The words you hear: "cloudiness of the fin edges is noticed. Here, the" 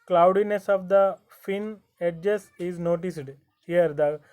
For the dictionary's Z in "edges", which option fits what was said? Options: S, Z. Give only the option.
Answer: S